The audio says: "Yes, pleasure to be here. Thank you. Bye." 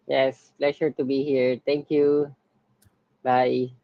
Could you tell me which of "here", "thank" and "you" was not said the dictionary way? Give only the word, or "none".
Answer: thank